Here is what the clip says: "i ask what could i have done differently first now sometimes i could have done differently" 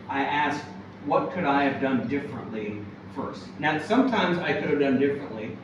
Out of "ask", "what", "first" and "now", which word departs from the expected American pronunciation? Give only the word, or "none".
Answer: none